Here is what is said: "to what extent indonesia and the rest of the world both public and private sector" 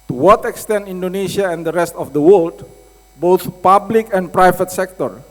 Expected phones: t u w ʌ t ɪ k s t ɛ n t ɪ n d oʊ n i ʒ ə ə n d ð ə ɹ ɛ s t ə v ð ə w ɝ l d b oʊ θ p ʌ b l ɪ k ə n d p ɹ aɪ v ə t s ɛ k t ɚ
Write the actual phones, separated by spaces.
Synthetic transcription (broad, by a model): t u w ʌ t ɪ k s t ɛ n t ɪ n d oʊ n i ʃ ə ə n d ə ɹ ɛ s t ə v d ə w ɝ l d b oʊ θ p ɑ b l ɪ k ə n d p ɹ aɪ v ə t s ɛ k t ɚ